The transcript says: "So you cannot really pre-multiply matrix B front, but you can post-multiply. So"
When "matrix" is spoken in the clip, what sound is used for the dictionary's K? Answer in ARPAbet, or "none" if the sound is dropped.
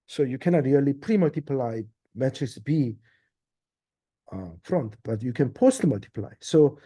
none